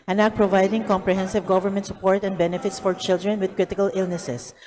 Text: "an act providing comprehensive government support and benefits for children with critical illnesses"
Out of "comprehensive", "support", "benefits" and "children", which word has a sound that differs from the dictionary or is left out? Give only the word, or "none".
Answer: none